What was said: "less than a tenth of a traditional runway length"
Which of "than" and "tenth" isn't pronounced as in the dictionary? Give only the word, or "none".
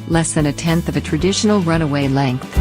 none